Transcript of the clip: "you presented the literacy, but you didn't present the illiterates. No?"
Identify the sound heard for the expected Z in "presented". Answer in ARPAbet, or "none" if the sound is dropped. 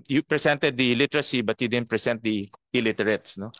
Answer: S